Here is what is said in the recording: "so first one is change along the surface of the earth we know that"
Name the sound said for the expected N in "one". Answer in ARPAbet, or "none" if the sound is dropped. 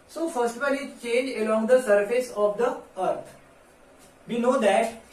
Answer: L